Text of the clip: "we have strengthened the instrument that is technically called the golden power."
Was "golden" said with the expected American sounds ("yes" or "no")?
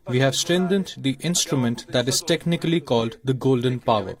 yes